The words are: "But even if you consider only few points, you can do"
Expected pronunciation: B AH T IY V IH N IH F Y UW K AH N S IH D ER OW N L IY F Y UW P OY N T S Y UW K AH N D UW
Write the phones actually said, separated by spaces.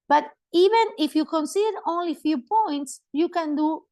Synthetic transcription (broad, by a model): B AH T IY V IH N IH F Y UW K AH N S IH D ER OW N L IY F Y UW P OY N T S Y UW K AH N D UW